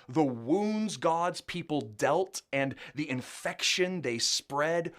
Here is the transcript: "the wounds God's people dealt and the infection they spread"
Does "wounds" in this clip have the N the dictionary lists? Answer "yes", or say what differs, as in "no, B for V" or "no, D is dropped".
yes